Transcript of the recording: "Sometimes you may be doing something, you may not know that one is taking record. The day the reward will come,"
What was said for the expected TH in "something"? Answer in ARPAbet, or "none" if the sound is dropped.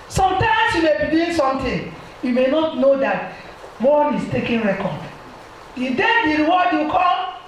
T